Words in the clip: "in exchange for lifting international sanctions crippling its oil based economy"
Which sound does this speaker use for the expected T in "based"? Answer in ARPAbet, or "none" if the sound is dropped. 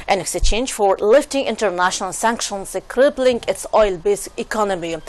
none